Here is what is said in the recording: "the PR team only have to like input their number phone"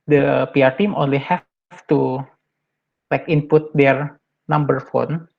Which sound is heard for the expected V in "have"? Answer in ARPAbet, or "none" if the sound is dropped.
F